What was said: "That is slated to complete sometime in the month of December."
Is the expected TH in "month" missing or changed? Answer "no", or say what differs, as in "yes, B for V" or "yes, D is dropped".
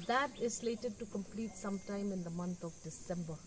yes, T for TH